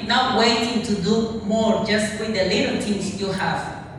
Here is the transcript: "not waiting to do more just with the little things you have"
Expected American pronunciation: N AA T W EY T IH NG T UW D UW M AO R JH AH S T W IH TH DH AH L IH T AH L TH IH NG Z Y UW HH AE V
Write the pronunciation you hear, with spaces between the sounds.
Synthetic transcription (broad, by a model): N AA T W EY T IH NG T UW D UW M AO R JH AH S T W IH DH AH L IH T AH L T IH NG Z Y UW HH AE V